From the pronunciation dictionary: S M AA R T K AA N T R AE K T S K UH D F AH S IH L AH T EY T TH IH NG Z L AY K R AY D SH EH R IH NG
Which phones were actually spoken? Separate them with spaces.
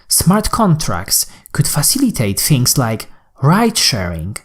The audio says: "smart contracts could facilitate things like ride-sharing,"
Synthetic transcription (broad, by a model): S M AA R T K AA N T R AE K T S K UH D F AH S IH L AH T EY T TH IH NG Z L AY K R AY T SH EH R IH NG